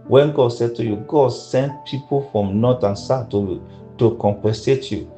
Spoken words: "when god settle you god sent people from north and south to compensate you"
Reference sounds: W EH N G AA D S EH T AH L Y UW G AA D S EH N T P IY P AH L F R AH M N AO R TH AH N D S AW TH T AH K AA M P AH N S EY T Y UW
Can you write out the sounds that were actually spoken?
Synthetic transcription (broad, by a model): W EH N G AA D S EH T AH Y UW G AA D S EH N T P IY P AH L F R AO M N AO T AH N S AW T T AH K AA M P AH S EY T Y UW